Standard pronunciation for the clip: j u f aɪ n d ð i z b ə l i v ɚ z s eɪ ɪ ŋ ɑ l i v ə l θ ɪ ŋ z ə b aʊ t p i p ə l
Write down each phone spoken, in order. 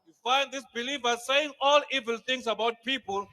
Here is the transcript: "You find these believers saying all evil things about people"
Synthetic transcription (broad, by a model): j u f aɪ n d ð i s b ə l i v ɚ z s eɪ ɪ ŋ ɑ l i v ə l t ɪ ŋ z ə b aʊ t p i p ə l